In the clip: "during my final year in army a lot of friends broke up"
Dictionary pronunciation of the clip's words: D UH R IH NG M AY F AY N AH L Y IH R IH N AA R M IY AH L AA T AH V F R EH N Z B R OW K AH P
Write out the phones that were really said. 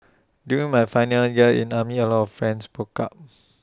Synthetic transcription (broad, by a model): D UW IH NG M AY F AY N AH L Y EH L IH N AA M IY AH L AA T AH F F R EH N S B OW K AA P